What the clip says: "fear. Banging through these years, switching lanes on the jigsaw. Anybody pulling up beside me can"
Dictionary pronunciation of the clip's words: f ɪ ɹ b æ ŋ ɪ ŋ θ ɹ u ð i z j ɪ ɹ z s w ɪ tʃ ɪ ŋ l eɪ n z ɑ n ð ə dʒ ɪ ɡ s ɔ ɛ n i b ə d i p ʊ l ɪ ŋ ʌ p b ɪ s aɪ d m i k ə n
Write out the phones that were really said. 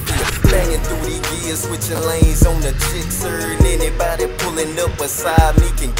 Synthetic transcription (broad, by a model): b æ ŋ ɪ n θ u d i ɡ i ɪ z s w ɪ tʃ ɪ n l eɪ n z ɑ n ð ə tʃ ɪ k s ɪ ɛ n i b ə d i p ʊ l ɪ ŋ ʌ p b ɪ s aɪ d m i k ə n